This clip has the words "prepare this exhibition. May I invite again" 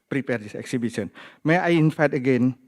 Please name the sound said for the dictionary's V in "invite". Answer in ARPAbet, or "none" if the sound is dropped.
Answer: F